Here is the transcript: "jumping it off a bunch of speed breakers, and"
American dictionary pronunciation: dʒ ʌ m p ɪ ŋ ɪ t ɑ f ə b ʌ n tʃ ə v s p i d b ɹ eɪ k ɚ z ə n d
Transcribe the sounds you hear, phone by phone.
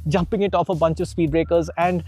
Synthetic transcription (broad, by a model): dʒ ʌ m p ɪ ŋ ɪ t ɑ f ə b ʌ n tʃ ə v s p i d b ɹ eɪ k ɚ z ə n d